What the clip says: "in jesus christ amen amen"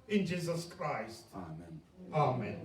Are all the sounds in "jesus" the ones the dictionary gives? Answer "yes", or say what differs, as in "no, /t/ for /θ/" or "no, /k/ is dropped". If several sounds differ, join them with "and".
yes